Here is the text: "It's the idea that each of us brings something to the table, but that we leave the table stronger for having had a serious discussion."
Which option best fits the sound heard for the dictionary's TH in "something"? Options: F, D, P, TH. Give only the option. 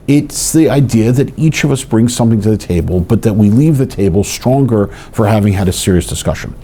TH